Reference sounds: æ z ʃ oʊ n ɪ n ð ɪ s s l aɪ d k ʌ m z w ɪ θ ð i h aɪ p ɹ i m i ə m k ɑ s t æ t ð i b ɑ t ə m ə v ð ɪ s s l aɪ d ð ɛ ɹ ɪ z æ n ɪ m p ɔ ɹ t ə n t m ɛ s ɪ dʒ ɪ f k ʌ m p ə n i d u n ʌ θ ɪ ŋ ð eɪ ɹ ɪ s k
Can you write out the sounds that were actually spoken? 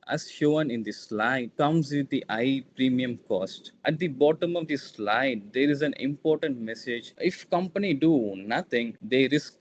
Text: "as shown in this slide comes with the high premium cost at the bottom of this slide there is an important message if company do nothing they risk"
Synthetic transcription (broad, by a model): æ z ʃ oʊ n ɪ n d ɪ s s l aɪ d k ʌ m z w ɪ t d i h aɪ p ɹ i m i ə m k ɑ s t æ t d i b ɑ t ə m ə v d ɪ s s l aɪ d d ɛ ɹ ɪ z æ n ɪ m p ɔ ɹ t ə n t m ɛ s ɪ dʒ ɪ f k ʌ m p ə n i d u n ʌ t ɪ ŋ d eɪ ɹ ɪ s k